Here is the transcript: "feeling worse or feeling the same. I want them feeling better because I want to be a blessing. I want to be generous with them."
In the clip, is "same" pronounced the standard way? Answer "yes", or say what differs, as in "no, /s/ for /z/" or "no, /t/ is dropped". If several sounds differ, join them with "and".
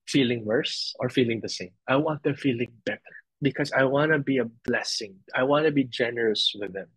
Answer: yes